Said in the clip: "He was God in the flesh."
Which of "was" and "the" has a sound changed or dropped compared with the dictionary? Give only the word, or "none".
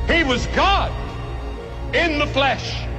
none